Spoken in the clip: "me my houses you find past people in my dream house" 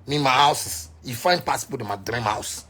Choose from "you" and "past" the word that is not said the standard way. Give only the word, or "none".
past